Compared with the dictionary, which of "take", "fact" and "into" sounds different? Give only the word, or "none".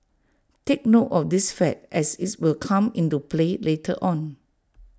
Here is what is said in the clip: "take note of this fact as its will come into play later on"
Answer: fact